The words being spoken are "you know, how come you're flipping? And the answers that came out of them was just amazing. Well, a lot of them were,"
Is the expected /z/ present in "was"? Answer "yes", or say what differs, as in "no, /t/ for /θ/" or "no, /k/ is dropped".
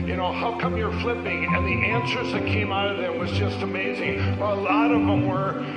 yes